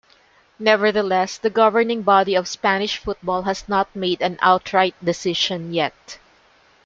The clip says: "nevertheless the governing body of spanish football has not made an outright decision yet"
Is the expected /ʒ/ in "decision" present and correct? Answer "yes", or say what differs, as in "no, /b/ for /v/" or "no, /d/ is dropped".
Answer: no, /ʃ/ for /ʒ/